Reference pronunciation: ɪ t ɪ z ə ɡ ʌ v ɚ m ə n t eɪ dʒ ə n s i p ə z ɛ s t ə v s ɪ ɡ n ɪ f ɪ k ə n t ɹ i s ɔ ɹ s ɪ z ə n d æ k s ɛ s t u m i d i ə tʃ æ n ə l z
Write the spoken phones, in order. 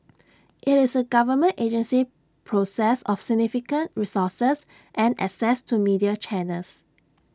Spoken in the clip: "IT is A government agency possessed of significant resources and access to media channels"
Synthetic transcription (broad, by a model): ɪ t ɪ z ə ɡ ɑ v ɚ m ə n t eɪ dʒ ə n s i p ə s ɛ s ə f s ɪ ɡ n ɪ f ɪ k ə n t ɹ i s ɔ s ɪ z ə n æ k s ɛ s t u m i d i ə tʃ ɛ n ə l s